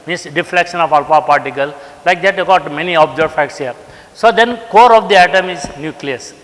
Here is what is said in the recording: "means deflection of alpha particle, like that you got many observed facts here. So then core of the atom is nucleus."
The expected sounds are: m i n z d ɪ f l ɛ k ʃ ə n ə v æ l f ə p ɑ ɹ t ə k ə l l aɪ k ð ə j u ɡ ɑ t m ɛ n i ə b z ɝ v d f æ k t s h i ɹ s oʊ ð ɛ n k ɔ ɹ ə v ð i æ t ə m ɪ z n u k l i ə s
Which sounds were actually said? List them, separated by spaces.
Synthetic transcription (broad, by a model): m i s d ɪ f l ɛ k ʃ ə n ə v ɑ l p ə p ɑ ɹ t ə k ə l l aɪ k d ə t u ɡ ɑ t m ɛ n i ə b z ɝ d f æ k t s h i ɹ s oʊ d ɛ n k ɔ ɹ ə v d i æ t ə m ɪ z n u k l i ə s